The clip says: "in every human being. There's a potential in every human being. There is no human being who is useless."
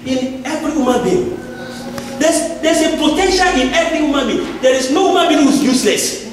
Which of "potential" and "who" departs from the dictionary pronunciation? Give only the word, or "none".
potential